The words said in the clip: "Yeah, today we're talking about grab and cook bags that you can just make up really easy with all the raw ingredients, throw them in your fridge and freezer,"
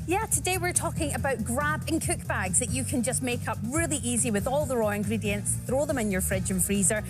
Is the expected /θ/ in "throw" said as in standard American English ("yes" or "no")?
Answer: yes